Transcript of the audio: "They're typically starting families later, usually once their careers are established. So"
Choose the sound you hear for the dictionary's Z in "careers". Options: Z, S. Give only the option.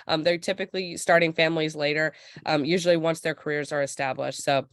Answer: Z